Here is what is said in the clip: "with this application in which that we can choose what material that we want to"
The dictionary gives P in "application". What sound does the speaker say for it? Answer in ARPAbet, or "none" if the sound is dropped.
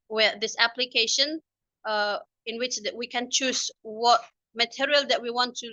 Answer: P